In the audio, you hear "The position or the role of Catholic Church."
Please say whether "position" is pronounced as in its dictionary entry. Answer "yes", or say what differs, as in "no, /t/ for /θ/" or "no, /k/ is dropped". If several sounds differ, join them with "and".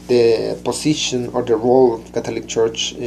no, /s/ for /z/